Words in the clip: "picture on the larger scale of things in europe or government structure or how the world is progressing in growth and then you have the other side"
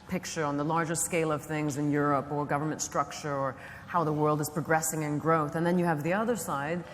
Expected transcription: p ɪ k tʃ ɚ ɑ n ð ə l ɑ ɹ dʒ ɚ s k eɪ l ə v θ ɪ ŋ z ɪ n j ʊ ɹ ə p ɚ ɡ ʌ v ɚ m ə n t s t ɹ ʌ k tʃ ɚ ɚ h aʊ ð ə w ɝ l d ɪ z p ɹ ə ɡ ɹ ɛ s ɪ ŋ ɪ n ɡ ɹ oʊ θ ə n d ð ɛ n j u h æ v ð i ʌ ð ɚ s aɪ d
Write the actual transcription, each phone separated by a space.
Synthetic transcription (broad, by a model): p ɪ k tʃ ɚ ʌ n ð ə l ɑ ɹ dʒ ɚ s k eɪ l ə v θ ɪ ŋ z ɪ n j ʊ ɹ ə p ɚ ɡ ʌ v ɚ m ə n t s t ɹ ʌ k tʃ ɚ ɚ h aʊ ð ə w ɝ l d ɪ z p ɹ ə ɡ ɹ ɛ s ɪ ŋ ɪ n ɡ ɹ oʊ θ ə n ð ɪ n j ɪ v ð i ʌ ð ɚ s aɪ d